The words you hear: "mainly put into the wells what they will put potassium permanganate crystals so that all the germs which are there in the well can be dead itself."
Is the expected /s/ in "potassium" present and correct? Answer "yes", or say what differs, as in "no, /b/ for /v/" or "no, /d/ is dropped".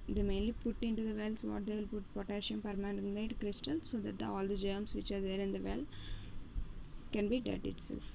no, /ʃ/ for /s/